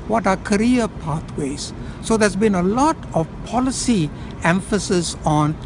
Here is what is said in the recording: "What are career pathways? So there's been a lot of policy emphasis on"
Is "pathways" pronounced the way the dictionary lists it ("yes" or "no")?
no